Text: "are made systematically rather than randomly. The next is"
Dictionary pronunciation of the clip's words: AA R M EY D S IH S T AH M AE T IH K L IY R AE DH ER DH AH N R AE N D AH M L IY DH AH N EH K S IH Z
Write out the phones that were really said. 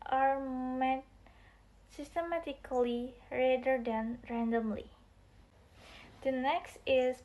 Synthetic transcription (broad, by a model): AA R M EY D S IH S T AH M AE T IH K L IY R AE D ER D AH N R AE N D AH M L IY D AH N EH K S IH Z